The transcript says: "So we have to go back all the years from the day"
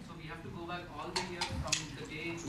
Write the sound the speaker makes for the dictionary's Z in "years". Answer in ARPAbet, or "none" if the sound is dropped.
none